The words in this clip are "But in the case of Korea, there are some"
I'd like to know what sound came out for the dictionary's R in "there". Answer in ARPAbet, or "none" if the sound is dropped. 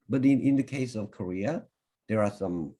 R